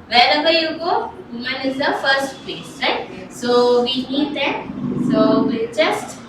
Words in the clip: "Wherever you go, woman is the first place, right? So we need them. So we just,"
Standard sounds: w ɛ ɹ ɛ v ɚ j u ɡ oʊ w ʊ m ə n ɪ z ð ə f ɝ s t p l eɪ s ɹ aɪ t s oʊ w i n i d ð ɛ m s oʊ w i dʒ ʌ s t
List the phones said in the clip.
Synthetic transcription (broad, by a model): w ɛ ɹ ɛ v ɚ j u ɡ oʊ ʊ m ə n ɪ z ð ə f ɝ s t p eɪ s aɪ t s oʊ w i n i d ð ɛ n s oʊ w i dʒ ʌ s t